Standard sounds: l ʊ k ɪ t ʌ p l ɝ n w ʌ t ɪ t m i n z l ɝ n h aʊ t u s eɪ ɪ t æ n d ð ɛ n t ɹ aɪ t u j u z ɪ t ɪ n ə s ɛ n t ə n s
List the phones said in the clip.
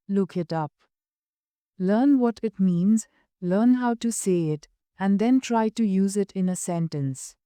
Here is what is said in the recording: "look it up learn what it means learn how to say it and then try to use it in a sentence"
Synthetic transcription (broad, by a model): l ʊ k ɪ t ʌ p l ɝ n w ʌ t ɪ t m i n z l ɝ n h aʊ t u s eɪ ɪ t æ n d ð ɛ n t ɹ aɪ t u j u z ɪ t ɪ n ə s ɛ n t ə n s